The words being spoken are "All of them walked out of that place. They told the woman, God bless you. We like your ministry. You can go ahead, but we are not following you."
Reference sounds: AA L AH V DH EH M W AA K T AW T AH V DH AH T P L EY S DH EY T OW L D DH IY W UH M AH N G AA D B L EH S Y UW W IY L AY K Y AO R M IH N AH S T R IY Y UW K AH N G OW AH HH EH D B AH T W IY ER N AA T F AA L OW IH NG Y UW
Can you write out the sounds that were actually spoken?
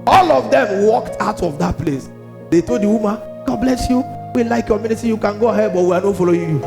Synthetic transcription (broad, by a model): AA L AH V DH EH M W AA K T AW T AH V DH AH T P L EY S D EY T OW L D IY W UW M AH N G AA D B L EH S Y UW W IY L AY K Y AO M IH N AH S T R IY Y UW K AH N G OW AH HH EH D B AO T W IY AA N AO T F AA L OW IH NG Y UW